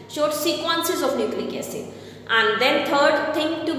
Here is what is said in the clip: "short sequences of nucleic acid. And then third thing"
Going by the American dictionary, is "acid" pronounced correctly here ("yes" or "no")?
no